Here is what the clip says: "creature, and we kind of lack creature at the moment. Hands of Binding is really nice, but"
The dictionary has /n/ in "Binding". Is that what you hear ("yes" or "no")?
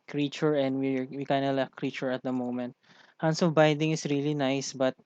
no